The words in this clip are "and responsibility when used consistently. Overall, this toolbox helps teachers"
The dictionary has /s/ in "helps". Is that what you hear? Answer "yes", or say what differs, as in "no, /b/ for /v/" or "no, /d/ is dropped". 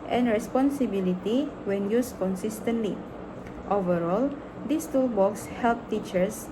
no, /s/ is dropped